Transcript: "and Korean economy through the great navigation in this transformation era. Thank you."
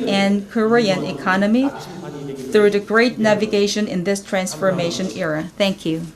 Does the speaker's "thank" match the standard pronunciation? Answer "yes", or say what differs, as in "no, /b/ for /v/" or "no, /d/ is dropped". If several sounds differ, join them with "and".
yes